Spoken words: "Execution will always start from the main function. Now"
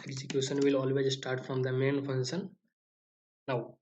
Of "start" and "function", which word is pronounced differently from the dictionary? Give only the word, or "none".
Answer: function